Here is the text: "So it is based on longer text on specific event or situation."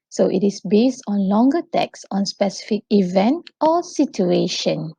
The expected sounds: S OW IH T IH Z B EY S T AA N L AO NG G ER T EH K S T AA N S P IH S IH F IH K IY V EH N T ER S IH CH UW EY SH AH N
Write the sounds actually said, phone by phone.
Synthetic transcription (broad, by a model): S OW IH T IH S B EY S T AA N L AO NG G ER T EH K S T AA N S P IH S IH F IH K IY V EH N T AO S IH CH UW EY SH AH N